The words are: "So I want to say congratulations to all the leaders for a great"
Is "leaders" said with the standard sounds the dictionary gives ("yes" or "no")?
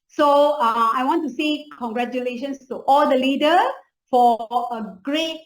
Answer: no